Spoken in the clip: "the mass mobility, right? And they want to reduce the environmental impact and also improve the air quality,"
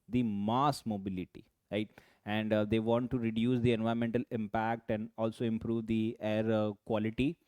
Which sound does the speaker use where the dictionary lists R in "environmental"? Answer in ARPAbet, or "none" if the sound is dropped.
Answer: none